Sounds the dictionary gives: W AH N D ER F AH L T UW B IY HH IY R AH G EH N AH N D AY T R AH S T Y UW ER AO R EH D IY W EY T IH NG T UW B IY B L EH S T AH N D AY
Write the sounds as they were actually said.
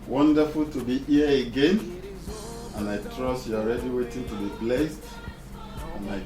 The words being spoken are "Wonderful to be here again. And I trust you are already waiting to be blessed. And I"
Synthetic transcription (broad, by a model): W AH N D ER F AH L T UW B IY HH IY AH AH G EH N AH N AY T R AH S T Y UW AO R EH D IY W EY T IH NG T UW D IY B L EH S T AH N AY